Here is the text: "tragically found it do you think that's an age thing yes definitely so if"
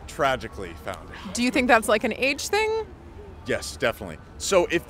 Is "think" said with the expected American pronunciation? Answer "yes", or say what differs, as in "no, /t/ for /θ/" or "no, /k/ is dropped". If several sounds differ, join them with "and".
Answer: yes